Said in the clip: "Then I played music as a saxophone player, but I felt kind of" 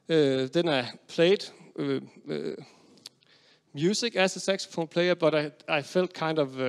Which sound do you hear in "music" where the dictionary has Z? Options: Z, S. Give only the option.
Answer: S